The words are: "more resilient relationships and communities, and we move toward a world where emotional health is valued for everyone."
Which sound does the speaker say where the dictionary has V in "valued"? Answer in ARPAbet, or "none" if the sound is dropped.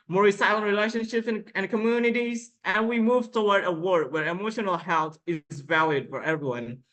V